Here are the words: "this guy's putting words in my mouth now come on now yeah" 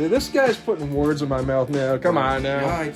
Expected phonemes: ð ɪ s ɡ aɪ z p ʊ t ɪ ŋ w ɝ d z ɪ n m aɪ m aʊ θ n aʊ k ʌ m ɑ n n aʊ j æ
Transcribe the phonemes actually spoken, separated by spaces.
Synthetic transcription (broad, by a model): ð ɪ s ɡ aɪ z p ʊ t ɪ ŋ w ɝ d z ɪ n m aɪ m aʊ θ n aʊ k ʌ m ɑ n n aʊ